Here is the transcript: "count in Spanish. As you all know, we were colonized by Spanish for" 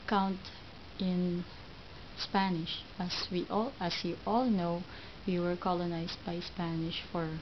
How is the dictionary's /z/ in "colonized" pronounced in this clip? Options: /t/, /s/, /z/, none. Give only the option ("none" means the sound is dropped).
/s/